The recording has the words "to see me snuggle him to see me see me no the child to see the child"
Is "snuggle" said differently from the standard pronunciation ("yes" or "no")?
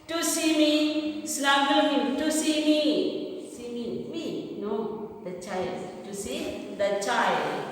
yes